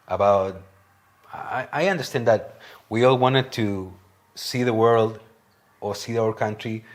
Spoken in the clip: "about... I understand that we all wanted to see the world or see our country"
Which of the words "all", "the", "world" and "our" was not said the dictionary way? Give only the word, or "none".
none